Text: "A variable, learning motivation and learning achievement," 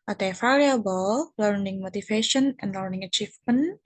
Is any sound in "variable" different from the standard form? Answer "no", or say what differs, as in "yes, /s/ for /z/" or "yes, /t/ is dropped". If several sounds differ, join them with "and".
yes, /f/ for /v/